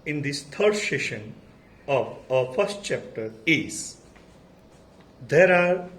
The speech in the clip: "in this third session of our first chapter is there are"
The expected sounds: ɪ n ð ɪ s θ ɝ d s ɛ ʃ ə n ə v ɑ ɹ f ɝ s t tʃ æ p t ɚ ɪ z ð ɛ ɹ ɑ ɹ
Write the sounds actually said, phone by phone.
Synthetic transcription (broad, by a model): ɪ n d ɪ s t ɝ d s ɛ ʃ ə n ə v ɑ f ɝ s t tʃ æ p t ɚ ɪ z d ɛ ɹ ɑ ɹ